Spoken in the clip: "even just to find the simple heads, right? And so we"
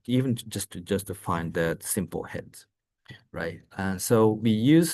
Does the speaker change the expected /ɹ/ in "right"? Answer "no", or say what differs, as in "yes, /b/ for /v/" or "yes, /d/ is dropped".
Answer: no